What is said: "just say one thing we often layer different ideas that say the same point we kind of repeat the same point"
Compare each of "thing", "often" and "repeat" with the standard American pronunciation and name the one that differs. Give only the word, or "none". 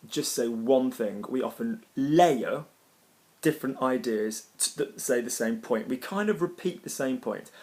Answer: none